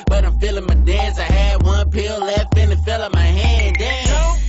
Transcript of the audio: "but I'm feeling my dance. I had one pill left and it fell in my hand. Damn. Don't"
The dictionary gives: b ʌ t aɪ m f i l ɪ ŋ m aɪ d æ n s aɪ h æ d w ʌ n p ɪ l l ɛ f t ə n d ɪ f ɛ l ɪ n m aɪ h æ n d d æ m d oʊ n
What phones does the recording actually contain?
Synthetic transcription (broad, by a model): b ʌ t aɪ m f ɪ l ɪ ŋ m aɪ d æ n s aɪ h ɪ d w ʌ n p ɪ l l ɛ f ə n ɪ f ɛ l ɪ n m aɪ h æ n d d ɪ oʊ